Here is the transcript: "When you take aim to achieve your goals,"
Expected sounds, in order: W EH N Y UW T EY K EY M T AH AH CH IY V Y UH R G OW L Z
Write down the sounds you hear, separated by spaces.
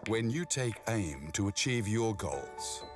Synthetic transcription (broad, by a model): W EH N Y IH T EY K EY M T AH AH CH IY V Y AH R G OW L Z